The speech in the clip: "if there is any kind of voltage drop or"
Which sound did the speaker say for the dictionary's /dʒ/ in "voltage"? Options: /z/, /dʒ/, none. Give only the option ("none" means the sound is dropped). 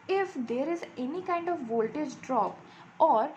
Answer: /dʒ/